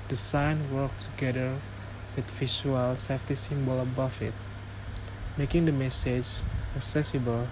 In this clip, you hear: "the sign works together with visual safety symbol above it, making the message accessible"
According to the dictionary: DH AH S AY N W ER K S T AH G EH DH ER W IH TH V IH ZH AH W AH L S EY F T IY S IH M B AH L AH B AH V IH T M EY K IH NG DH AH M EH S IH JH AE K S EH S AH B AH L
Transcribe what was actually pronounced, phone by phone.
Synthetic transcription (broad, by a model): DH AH S AY N W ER K T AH G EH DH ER W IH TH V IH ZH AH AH L S EY F T IY S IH M B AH L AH B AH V IH T M EY K IH NG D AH M EH S IH JH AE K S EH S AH B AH L